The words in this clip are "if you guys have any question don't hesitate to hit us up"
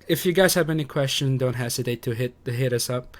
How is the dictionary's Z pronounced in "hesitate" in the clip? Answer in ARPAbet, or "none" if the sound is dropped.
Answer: S